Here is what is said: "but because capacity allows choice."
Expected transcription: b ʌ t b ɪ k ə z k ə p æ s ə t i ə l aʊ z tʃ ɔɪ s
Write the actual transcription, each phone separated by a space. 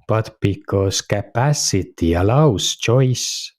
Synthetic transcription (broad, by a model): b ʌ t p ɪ k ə s k ə p æ s ə t i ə l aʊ s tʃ ɔɪ s